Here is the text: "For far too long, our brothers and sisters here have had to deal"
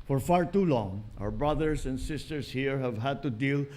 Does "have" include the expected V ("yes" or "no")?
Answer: yes